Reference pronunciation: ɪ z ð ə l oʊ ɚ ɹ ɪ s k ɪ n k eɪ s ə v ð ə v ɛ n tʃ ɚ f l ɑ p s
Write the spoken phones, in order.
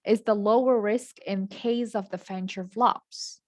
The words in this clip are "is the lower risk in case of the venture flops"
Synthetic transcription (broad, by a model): ɪ z ð ə l oʊ ɚ ɹ ɪ s k ɪ n k eɪ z ə v ð ə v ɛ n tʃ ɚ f l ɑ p s